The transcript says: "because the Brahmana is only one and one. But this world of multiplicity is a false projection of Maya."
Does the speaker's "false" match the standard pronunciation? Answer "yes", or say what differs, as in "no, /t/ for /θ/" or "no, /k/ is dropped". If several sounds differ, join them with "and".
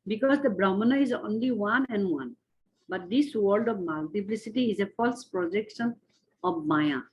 yes